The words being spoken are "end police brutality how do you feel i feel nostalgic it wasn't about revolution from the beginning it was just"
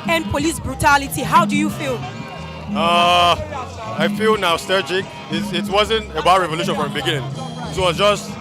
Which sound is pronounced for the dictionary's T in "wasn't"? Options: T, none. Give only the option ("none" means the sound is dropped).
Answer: T